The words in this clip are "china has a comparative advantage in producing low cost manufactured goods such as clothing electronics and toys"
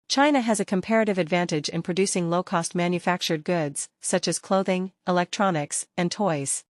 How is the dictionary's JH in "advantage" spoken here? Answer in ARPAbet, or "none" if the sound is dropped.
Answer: JH